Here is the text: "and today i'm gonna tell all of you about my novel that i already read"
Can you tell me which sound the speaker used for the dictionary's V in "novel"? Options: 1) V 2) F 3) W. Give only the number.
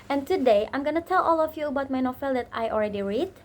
2